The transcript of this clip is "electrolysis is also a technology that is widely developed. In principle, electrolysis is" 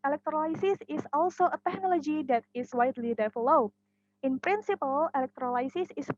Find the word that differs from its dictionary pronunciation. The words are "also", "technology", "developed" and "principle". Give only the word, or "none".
developed